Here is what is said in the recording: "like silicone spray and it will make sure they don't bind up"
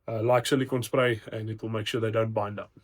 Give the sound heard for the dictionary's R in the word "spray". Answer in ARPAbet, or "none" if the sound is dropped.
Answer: R